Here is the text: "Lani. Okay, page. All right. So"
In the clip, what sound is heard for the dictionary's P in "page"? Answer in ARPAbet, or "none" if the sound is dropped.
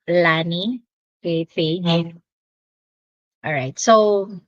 F